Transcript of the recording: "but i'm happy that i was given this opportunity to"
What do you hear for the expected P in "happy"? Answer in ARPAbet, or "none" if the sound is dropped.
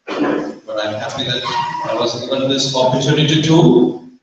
F